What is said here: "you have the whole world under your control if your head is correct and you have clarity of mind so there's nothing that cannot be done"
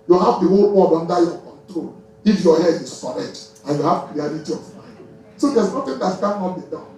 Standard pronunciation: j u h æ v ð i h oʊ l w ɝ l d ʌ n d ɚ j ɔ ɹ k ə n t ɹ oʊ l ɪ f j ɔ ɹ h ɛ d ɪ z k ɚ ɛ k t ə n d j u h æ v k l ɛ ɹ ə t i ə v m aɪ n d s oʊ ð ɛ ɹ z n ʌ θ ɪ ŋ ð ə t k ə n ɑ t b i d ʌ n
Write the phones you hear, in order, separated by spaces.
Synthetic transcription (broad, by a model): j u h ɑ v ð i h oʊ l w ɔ d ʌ n d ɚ j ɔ k ə n t ɹ oʊ l ɪ f j ɔ h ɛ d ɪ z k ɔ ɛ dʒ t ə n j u h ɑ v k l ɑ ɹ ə t i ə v m aɪ n d s oʊ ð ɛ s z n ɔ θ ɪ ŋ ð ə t k ə n ɑ t b i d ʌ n